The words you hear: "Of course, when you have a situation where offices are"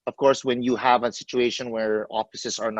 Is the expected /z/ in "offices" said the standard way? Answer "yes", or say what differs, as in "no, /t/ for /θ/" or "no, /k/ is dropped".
no, /s/ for /z/